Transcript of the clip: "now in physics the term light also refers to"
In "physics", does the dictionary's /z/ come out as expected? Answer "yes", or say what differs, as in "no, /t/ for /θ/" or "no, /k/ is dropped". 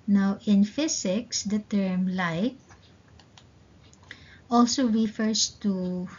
no, /s/ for /z/